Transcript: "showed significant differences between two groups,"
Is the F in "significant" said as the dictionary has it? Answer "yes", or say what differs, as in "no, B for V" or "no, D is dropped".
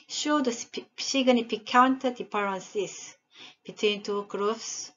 no, P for F